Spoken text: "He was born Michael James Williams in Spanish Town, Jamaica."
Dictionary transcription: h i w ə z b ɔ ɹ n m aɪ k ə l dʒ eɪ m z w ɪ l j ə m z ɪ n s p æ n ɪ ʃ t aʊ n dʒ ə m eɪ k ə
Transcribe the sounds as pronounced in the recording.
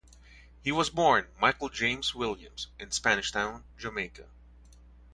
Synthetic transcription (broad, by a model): h i w ə z b ɔ ɹ n m aɪ k l dʒ eɪ m z w ɪ l j ə m z ɪ n s p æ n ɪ ʃ t aʊ n dʒ ə m eɪ k ə